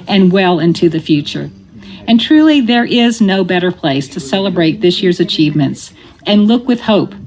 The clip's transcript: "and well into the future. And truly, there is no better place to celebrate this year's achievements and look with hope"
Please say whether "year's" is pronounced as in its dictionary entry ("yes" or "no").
yes